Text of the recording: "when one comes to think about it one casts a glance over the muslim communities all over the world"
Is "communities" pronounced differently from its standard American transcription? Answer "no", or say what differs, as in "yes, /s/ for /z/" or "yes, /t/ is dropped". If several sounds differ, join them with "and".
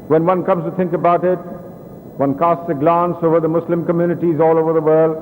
no